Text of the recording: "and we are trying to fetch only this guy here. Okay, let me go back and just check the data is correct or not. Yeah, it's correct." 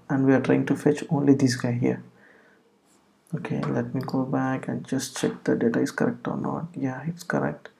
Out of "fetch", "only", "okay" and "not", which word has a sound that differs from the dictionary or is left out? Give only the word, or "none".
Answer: none